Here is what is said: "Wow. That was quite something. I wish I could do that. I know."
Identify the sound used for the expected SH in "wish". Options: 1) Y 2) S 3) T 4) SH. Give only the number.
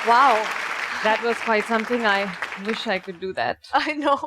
4